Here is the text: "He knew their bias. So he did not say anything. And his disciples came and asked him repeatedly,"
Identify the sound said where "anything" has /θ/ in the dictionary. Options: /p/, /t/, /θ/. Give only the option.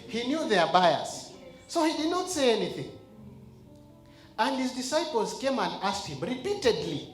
/θ/